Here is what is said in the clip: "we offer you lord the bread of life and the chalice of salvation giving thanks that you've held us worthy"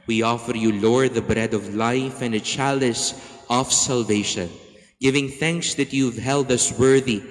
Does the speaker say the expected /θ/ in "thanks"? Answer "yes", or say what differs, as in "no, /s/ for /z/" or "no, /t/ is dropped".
yes